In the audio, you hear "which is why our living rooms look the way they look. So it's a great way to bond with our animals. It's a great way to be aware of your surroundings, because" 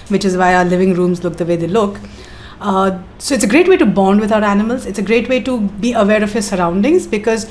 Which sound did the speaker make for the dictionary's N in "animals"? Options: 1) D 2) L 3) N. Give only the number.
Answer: 3